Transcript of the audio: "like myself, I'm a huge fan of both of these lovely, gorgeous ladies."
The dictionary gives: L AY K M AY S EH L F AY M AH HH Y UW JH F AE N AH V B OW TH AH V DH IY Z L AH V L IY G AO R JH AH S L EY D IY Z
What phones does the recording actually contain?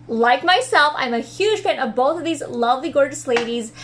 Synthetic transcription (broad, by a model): L AY K M AY S EH L F AY M AH HH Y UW ZH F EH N AH V B OW TH AH V DH IY Z L AH V L IY G AO R JH AH S L EY D IY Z